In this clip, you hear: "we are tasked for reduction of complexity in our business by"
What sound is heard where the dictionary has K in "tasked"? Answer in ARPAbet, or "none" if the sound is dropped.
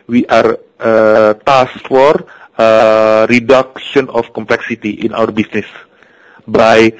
none